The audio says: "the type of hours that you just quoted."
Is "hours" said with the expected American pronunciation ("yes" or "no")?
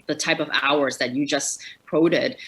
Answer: yes